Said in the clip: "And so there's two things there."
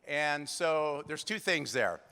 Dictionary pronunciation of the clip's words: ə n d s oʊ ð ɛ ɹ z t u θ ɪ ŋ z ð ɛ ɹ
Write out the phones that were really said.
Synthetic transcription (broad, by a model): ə n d s oʊ ð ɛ ɹ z t u θ ɪ ŋ z ð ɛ ɹ